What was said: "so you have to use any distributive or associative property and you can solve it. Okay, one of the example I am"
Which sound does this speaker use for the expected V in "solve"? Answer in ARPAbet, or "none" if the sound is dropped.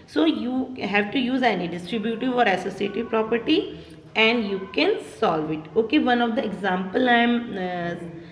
V